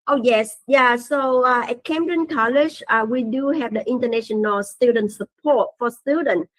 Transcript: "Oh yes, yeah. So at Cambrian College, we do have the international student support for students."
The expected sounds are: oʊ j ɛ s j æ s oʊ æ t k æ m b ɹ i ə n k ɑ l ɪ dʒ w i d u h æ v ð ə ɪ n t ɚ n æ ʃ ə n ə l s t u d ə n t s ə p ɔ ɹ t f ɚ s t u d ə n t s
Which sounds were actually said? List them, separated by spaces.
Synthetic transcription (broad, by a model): oʊ j ɛ s j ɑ s oʊ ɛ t k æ m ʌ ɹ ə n k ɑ l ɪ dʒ w i d u h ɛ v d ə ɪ n t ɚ n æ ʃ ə n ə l s t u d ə n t s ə p ɔ t f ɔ s t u d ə n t